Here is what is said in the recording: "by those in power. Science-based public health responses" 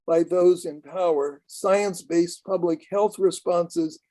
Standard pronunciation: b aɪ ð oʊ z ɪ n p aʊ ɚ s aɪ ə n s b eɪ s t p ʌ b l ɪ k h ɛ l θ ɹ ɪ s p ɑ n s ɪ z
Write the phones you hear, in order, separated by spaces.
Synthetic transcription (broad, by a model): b aɪ ð oʊ z ɪ n p aʊ ɚ s aɪ ə n s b eɪ s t p ʌ b l ɪ k h ɛ l θ ɹ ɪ s p ɑ n s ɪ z